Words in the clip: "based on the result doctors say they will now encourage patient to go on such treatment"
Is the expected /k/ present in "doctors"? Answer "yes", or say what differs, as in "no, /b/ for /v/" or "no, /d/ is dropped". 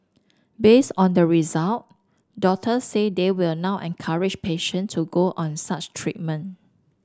no, /k/ is dropped